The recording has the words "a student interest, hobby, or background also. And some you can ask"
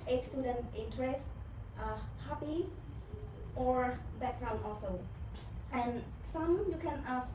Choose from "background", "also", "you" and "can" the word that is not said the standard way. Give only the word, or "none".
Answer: background